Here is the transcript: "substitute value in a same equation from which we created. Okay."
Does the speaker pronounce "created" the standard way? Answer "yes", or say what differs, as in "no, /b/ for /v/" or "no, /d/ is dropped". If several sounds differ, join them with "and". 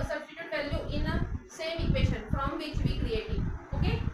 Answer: no, /d/ is dropped